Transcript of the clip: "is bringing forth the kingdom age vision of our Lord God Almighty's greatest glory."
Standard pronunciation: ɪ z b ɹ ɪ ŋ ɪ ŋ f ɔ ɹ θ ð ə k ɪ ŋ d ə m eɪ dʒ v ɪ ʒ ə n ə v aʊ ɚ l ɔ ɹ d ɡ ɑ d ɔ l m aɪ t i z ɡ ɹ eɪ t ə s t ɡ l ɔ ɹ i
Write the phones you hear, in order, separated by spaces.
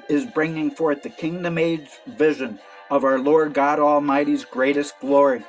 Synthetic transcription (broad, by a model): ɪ z b ɹ ɪ ŋ ɪ ŋ f ɔ ɹ θ ð ə k ɪ ŋ d ə m eɪ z v ɪ ʒ ə n ə v aʊ ɚ l ɔ ɹ d ɡ ɑ d ɔ l m aɪ t i z ɡ ɹ eɪ t ə s t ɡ l ɔ ɹ i